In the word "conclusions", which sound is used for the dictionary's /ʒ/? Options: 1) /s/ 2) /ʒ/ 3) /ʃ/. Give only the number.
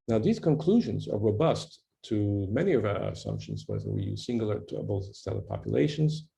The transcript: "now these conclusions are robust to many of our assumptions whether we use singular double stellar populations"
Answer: 2